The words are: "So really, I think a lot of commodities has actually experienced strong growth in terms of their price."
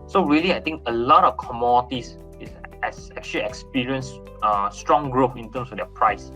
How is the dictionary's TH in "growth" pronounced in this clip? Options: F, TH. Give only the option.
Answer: F